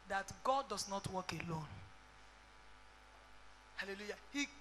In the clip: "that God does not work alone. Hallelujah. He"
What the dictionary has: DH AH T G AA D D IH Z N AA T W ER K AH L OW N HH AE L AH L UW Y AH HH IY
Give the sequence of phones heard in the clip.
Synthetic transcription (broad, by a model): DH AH T G AA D D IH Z N AA T W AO K AH L OW N HH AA L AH L UW Y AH HH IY